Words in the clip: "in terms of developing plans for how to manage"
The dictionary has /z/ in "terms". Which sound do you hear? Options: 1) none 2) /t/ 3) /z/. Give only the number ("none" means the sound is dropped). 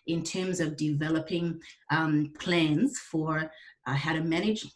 3